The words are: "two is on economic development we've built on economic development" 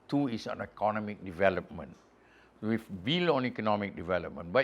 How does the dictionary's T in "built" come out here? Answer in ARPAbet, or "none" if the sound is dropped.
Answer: none